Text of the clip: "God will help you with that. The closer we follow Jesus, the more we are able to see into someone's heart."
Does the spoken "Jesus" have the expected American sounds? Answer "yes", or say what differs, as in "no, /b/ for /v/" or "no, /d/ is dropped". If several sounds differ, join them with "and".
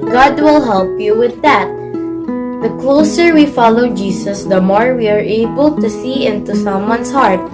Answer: no, /s/ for /z/